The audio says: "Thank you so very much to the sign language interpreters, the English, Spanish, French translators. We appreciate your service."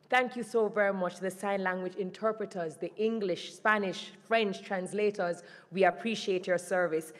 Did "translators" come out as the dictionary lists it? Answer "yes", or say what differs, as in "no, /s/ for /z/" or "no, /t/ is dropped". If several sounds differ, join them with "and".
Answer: yes